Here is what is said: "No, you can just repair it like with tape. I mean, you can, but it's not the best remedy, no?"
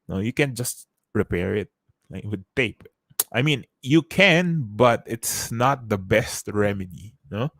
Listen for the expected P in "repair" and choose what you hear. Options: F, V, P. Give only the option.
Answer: P